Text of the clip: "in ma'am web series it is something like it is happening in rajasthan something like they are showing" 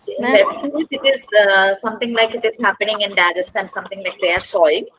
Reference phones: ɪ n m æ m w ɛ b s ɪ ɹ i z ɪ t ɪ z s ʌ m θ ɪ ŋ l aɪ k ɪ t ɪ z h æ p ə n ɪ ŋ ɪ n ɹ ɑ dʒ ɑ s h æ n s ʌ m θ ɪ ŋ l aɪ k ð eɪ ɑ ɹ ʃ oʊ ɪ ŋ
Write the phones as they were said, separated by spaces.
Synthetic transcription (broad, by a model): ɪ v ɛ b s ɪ i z ɪ t ɪ z s ʌ m t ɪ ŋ l aɪ k ɪ t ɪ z h æ p ə n ɪ ŋ ɪ n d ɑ dʒ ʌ s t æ n s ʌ m t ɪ ŋ l aɪ k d eɪ ɑ ɹ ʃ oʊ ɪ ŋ